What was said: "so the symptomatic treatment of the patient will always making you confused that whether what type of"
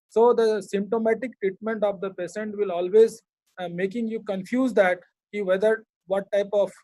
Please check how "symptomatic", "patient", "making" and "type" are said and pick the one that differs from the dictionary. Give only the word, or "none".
patient